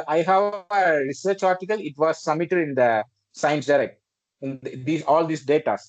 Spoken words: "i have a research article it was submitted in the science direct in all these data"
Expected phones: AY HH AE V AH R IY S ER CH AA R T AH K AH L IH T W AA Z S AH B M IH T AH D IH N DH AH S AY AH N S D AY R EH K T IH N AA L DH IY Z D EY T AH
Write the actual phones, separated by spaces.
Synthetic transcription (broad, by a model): AY HH AE V AH R IY S ER CH AA R T AH K AH L IH T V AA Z S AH M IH T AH D IH N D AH S AY AH N S D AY R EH K T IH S AA L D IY S D EY T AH